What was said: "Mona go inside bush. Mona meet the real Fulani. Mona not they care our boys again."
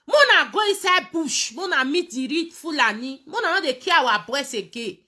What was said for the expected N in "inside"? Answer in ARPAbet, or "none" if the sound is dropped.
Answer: none